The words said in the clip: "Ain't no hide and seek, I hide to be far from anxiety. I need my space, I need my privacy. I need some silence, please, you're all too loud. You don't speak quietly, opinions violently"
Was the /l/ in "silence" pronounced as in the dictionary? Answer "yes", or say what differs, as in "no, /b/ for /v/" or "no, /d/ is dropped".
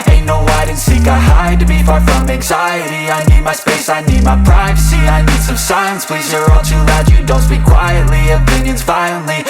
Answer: no, /l/ is dropped